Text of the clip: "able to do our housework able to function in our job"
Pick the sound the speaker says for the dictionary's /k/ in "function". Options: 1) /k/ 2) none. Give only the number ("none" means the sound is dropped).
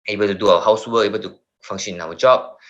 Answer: 2